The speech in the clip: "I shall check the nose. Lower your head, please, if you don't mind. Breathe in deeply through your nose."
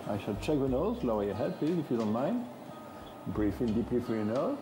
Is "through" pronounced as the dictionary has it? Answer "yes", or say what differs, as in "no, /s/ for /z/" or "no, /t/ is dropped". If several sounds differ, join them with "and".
no, /f/ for /θ/